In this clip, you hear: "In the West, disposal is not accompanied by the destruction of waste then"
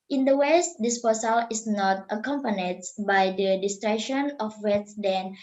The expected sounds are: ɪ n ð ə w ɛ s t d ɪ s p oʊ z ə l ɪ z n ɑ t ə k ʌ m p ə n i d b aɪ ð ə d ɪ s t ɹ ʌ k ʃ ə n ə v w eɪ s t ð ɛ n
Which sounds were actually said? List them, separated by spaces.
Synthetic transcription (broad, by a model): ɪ n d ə w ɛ s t d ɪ s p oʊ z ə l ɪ s n ɑ t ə k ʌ m p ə n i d b aɪ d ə d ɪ s t ɹ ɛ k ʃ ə n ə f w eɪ t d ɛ n